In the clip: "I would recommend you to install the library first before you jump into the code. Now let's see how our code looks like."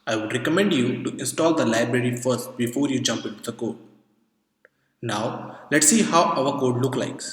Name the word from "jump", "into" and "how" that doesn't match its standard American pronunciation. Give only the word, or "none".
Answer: none